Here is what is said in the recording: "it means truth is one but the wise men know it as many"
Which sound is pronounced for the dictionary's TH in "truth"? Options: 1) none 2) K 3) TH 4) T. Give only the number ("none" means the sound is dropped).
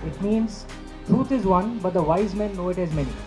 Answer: 4